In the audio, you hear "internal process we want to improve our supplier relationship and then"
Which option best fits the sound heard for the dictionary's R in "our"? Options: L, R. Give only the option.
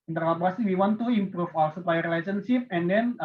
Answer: L